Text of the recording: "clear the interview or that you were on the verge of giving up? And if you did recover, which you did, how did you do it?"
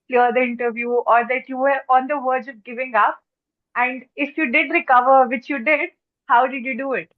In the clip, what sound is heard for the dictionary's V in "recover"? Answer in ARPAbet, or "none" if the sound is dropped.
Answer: V